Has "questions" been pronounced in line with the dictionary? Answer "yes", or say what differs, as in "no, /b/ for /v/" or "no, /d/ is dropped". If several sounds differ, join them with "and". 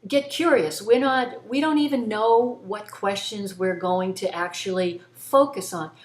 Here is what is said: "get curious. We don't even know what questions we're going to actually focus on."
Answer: yes